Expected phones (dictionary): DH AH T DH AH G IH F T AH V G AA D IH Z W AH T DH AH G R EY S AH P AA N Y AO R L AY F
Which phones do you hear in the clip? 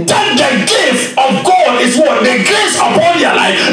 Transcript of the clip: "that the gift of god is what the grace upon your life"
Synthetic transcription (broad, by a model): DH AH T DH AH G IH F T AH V G AA D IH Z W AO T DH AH G EY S AH P AA N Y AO L AY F